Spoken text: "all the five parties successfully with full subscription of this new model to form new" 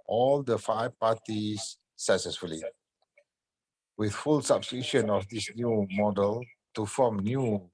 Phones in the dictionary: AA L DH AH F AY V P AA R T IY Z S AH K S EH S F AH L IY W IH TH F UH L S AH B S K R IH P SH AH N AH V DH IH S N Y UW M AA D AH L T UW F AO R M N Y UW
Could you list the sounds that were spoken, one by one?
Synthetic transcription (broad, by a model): AA L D AH F AY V P AA T IY S AH K S EH S F AH L IY W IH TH F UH L S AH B S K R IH SH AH N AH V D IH S N Y UW M AA D AH L T UW F AO M N Y UW